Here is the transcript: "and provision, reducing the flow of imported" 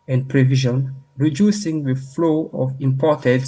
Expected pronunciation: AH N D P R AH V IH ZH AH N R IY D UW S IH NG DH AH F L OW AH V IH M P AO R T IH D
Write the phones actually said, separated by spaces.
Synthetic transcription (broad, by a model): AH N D P R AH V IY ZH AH N R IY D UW S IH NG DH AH F L OW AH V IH M P AO T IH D